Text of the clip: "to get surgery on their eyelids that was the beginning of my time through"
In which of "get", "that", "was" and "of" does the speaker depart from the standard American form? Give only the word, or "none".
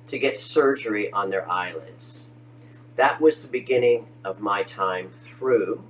none